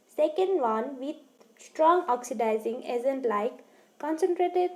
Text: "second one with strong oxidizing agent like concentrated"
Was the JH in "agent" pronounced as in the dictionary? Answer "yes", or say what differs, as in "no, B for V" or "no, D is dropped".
no, Z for JH